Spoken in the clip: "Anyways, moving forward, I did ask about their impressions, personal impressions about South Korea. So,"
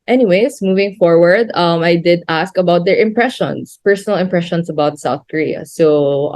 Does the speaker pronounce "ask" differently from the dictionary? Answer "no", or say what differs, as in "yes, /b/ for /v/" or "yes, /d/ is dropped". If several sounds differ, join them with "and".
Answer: no